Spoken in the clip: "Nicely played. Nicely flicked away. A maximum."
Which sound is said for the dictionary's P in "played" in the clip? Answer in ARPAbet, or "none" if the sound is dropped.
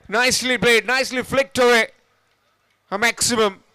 B